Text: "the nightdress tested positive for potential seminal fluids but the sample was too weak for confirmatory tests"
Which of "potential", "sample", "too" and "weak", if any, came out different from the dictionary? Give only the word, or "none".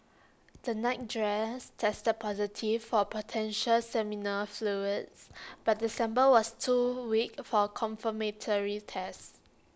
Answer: sample